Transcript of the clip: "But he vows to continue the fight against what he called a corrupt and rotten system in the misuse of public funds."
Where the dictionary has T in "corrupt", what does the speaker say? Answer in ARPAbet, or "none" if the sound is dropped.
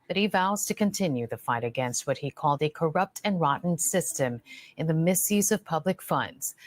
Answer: T